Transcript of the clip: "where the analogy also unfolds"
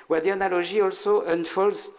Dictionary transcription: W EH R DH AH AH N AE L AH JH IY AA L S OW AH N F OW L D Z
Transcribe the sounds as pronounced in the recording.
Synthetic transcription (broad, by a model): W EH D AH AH N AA L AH ZH IY AA L S OW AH N F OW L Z